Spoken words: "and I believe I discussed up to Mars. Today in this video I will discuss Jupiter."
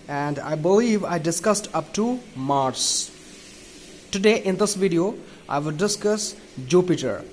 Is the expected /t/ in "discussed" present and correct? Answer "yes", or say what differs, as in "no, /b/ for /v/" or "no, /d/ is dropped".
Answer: yes